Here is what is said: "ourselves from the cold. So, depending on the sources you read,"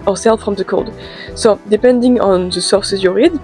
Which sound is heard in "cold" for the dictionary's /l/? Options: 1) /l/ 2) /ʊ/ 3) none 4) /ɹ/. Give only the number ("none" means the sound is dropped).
1